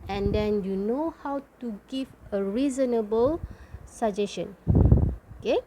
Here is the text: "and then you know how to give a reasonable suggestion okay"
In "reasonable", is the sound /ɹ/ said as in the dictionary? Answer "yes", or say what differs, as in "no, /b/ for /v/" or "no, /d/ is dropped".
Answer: yes